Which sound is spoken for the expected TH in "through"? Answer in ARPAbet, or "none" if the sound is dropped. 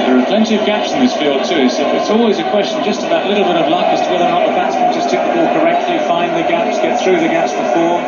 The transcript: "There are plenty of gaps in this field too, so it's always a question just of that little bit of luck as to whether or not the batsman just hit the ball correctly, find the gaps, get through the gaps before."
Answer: TH